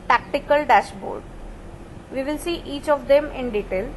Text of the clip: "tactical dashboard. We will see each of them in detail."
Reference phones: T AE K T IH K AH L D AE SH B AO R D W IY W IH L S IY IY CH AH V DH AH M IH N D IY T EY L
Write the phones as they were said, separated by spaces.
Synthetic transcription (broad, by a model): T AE K T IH K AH L D AE SH B AO R D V IY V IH L S IY IY CH AH V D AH M IH N D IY T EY L